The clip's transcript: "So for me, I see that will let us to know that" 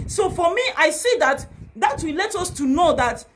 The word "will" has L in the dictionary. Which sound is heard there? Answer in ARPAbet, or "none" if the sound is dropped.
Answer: W